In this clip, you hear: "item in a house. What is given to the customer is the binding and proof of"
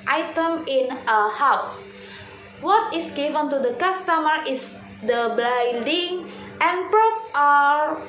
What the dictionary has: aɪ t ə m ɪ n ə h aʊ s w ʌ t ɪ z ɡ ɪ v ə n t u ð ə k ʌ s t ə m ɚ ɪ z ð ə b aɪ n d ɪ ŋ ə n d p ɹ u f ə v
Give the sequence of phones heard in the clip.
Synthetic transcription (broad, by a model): aɪ t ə m ɪ n ə h aʊ s w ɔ t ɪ s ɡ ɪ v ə n t u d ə k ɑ s t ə m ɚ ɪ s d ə b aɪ d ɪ ŋ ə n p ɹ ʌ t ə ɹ